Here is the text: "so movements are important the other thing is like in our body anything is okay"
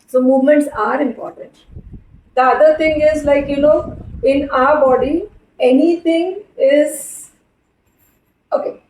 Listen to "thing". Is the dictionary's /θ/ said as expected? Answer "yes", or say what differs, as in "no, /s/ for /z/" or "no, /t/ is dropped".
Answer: no, /t/ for /θ/